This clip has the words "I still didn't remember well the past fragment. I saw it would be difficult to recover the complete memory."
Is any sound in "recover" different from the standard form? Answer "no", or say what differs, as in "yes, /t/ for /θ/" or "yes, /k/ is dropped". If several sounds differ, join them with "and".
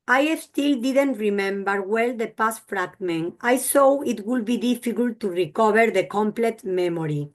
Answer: yes, /b/ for /v/